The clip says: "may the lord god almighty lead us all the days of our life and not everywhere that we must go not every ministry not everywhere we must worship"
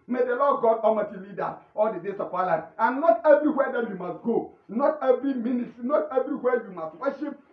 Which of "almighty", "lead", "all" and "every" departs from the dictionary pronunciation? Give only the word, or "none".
almighty